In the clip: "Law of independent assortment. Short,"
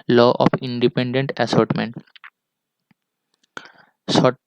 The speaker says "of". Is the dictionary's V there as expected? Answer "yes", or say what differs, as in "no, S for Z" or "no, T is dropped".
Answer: no, P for V